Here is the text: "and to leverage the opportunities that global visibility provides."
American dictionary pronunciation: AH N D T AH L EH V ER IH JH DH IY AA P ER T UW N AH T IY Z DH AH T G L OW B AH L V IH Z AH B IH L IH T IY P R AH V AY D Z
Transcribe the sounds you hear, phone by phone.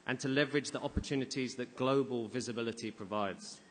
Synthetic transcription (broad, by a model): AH N T AH L EH V ER IH JH DH IY AA P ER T UW N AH T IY Z DH AH T G L OW B AH L V IH Z AH B IH L IH T IY P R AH V AY D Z